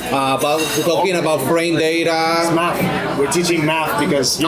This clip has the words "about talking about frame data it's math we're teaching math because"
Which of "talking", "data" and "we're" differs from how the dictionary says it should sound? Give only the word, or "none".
talking